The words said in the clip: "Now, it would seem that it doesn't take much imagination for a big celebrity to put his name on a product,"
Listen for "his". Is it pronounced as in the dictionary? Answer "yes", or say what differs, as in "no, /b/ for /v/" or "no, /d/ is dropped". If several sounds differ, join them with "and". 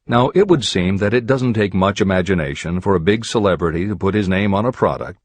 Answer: yes